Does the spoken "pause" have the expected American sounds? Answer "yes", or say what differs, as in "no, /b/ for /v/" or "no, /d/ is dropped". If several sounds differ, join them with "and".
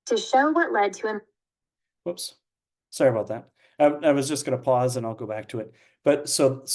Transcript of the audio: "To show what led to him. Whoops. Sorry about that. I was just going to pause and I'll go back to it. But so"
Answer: yes